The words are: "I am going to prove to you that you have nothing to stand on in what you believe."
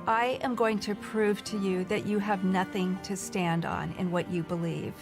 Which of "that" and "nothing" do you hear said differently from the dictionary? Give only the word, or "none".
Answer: none